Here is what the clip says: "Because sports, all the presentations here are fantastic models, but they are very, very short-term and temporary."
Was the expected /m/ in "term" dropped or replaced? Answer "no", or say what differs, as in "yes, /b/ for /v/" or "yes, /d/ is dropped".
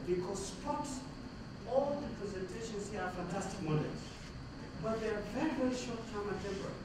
yes, /m/ is dropped